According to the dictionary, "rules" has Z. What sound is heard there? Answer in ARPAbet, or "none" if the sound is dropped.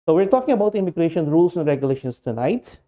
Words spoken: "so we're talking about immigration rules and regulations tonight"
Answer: S